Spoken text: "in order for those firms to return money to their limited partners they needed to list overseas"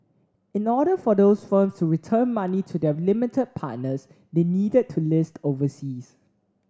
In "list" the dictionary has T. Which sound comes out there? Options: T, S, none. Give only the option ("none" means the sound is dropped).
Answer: T